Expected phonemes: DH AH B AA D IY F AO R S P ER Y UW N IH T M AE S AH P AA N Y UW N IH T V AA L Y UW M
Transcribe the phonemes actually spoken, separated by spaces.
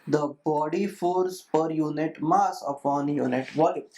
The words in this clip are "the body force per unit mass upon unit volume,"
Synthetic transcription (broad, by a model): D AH B AA D IY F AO R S P ER Y UW N IH T M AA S AH P AA N Y UW N IH T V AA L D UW